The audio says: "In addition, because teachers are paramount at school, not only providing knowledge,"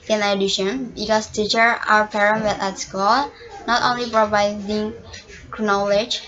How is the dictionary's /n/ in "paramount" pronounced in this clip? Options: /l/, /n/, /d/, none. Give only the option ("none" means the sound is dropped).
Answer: none